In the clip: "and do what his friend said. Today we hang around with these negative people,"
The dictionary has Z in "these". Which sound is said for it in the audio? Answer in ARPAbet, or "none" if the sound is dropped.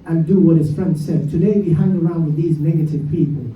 Z